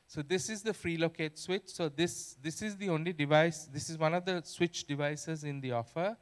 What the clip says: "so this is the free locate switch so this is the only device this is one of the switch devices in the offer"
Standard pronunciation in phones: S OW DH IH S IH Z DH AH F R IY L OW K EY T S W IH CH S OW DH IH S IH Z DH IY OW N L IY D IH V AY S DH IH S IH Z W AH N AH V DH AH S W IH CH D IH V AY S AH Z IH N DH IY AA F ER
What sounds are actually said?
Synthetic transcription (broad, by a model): S OW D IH S IH Z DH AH F R IY L OW K EY T S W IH CH S OW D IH S IH Z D IY OW N L IY D IH V AY S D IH S IH Z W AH N AH V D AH S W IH CH D IH V AY S AH Z IH N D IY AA F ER